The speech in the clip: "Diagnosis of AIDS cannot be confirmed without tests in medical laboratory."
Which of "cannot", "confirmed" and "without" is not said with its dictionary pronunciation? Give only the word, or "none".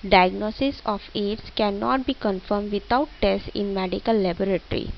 without